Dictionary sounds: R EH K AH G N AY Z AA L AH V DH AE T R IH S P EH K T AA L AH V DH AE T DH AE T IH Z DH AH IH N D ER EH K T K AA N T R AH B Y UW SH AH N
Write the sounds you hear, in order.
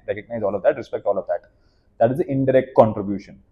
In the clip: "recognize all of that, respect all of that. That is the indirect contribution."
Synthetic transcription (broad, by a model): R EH K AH G N AY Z AA L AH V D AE T R IH S P EH K T AA L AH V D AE T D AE T IH Z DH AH IH N D ER EH K T K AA N T R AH B Y UW SH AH N